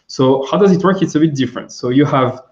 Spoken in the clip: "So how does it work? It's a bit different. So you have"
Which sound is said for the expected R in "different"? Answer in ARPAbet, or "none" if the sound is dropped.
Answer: R